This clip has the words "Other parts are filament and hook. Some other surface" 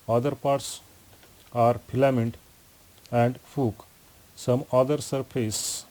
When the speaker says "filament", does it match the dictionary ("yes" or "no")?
no